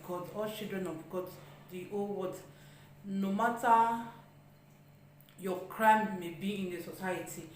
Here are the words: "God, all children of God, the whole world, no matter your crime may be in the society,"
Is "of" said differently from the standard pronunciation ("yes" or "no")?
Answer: yes